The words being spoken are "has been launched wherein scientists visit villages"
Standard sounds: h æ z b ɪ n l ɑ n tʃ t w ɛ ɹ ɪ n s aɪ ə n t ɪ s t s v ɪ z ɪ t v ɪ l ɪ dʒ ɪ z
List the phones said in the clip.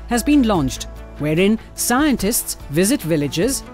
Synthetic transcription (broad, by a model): h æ z b ɪ n l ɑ n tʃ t w ɛ ɹ ɪ n s aɪ ə n t ɪ s t s v ɪ z ɪ t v ɪ l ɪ dʒ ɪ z